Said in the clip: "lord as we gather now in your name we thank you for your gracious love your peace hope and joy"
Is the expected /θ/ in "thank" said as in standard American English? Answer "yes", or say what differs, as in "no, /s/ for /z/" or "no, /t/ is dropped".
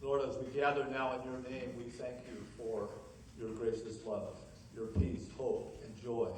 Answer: yes